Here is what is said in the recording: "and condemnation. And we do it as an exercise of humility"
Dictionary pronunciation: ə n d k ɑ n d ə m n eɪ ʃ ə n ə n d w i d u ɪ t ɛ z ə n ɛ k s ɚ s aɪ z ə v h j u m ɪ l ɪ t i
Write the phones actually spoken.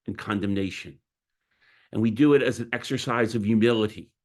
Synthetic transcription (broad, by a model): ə n k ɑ n d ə m n eɪ ʃ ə n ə n w i d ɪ ɪ t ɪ z n ɛ k s ɚ s aɪ z ə v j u m ɪ l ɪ t i